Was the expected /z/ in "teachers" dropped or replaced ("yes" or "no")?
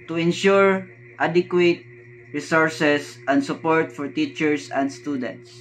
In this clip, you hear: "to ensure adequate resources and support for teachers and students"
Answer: yes